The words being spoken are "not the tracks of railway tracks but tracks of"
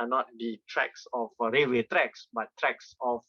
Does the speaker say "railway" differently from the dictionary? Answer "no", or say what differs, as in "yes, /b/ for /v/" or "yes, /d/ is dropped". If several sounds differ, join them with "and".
yes, /l/ is dropped